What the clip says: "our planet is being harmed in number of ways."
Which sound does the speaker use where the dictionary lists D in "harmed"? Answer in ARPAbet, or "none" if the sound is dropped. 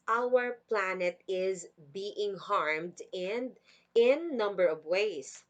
D